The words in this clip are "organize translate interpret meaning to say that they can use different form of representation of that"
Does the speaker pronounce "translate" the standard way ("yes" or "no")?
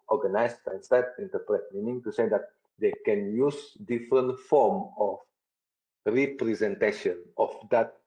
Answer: no